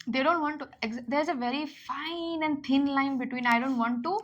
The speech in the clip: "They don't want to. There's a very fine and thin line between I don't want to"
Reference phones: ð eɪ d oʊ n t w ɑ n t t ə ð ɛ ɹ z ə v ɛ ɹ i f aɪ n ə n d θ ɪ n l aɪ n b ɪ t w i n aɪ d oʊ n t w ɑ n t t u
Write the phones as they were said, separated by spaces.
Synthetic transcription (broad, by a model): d eɪ d oʊ n t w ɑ n t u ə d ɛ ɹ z ə v ɛ ɹ i f aɪ n ə n d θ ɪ n l aɪ n b ɪ t w i n aɪ d oʊ n t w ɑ n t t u